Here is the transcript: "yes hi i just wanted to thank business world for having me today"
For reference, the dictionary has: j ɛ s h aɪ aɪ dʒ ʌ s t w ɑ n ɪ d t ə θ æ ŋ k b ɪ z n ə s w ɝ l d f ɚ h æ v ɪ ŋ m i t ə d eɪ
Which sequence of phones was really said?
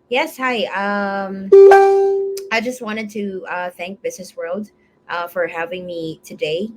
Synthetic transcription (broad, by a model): j ɛ s h aɪ aɪ dʒ ʌ s t w ɑ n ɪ d t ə θ æ ŋ k b ɪ z n ə s w ɝ l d f ɚ h æ v ɪ ŋ m i t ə d eɪ